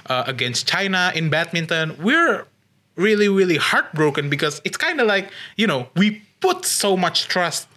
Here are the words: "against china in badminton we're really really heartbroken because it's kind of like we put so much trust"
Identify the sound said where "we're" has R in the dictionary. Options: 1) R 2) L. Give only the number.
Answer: 1